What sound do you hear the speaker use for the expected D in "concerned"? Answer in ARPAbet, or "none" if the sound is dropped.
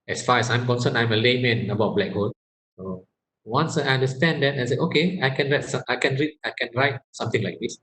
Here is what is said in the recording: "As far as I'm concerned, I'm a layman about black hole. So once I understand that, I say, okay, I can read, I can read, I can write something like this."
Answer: none